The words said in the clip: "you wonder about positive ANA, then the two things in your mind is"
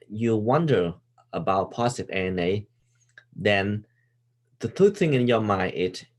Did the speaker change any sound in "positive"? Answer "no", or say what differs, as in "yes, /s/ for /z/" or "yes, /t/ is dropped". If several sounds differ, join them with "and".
yes, /s/ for /z/ and /v/ is dropped